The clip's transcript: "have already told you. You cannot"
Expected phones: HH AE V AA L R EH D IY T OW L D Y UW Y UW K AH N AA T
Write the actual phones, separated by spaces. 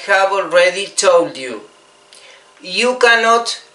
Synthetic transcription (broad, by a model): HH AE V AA L R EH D IY T OW L D Y UW Y UW K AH N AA T